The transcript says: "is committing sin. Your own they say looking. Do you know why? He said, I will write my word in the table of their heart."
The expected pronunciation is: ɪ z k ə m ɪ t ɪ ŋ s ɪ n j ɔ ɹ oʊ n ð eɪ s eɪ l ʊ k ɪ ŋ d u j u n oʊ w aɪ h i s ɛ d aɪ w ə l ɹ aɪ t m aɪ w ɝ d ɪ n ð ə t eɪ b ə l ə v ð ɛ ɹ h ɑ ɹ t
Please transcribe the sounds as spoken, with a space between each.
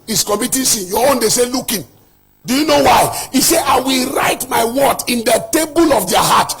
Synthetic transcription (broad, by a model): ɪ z k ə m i t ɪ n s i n j ɔ oʊ n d eɪ s eɪ l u k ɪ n d u j u n oʊ w aɪ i s ɛ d aɪ w ə l ɹ aɪ t m aɪ w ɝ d ɪ n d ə t eɪ b ə l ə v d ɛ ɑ h ɑ t